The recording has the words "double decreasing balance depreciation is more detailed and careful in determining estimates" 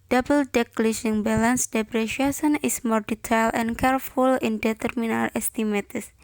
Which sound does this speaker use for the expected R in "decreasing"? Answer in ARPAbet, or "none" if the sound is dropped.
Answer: L